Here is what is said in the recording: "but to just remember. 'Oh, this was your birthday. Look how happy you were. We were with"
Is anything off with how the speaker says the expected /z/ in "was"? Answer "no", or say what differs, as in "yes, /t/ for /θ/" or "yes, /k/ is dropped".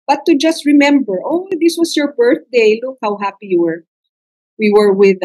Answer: yes, /s/ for /z/